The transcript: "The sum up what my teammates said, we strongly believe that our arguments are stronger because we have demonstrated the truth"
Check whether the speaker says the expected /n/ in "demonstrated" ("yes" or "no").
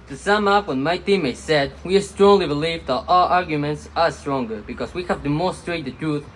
no